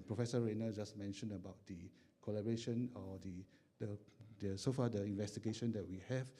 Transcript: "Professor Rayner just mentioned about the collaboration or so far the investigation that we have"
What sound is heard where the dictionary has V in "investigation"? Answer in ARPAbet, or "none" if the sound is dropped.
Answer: V